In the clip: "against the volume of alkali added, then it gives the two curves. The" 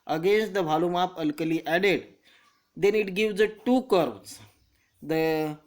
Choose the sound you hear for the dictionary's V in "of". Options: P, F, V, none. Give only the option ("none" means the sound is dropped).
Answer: P